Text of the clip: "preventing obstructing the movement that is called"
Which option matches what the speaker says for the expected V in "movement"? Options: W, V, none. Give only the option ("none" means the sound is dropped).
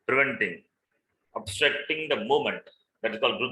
none